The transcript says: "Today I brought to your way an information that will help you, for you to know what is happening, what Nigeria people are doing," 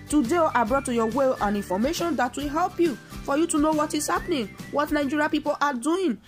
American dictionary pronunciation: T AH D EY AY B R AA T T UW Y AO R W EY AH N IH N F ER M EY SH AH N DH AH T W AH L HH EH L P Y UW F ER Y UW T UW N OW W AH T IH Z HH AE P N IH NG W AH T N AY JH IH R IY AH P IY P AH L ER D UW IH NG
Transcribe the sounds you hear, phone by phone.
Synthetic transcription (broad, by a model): T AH D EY AY B R AA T T UW Y AO W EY AH N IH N F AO M EY SH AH N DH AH T W AH L HH EH L P Y UW F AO Y UW T UW N OW W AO T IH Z HH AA P N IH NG W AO T N AY JH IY R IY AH P IY P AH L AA D UW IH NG